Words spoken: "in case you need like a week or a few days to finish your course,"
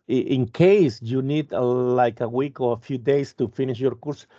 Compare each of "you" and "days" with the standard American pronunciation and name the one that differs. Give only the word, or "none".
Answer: days